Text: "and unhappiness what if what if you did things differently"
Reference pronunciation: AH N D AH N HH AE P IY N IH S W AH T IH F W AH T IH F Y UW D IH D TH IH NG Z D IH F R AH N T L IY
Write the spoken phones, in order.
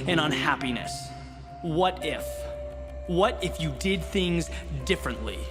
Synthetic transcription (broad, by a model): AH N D AH N HH AE P IY N IH S W AH T IH F W AH T IH F Y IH D IH D TH IH NG Z D IH F R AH N T L IY